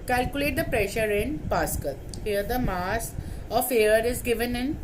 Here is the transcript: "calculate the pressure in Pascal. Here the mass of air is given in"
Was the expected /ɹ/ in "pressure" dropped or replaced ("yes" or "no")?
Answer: no